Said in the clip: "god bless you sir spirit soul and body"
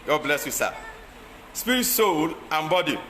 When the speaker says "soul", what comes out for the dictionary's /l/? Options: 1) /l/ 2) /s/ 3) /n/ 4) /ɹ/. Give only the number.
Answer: 1